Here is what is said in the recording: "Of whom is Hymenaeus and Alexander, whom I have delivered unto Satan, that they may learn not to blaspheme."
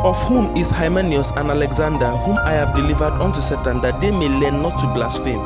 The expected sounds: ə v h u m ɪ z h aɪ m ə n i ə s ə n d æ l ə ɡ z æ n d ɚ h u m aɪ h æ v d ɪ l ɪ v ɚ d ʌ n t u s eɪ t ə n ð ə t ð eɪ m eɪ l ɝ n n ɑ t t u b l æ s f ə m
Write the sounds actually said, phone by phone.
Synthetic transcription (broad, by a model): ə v h u m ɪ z h aɪ m ə n i ə s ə n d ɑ l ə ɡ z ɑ n d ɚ h u m aɪ h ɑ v d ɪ l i v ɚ d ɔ n t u s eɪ t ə n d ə t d eɪ m eɪ l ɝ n n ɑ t t u b l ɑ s f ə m